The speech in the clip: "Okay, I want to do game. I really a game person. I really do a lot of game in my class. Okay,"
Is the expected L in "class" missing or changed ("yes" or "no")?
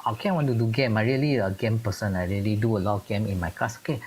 yes